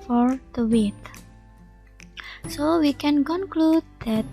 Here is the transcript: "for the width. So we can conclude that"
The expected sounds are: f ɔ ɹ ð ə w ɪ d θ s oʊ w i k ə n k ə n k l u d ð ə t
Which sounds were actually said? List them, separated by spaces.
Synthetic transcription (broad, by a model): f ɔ ɹ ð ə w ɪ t s oʊ w i k ə n k ə n k l u d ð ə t